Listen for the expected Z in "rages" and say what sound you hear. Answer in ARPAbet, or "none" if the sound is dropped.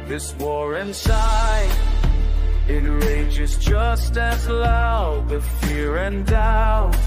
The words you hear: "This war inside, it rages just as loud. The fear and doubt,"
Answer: Z